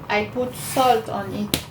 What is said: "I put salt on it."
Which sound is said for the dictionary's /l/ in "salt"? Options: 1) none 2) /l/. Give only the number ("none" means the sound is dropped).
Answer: 2